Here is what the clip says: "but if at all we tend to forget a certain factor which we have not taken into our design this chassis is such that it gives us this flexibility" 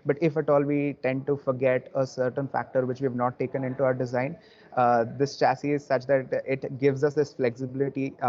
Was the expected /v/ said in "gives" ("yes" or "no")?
yes